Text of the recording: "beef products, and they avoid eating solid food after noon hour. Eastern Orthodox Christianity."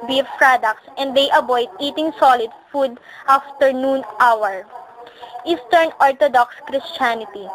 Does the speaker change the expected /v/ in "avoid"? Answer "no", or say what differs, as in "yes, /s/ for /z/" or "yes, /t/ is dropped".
yes, /b/ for /v/